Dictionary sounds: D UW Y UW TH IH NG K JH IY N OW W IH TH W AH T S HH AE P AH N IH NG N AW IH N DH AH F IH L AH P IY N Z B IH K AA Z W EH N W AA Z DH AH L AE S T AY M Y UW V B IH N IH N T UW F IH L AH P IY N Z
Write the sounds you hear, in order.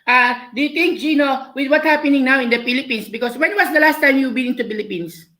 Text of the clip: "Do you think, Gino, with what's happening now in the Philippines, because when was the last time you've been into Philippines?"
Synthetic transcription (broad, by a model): D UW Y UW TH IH NG K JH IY N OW W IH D W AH T HH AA P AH N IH NG N AW IH N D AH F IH L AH P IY N S B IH K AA S W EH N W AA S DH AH L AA S T AY M Y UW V B IH N IH N T UW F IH L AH P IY N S